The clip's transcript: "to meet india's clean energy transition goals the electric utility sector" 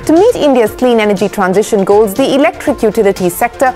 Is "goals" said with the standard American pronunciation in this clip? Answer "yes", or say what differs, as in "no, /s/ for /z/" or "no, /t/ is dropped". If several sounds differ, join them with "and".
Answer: yes